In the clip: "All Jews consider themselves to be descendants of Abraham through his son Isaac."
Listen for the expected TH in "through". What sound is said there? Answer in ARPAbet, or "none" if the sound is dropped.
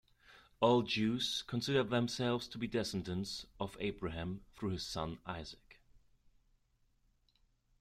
TH